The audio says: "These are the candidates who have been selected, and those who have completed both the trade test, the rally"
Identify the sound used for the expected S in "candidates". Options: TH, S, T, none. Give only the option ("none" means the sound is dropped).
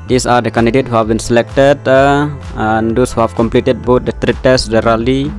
none